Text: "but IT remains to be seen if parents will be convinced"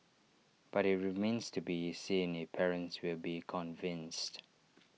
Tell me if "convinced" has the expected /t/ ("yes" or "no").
yes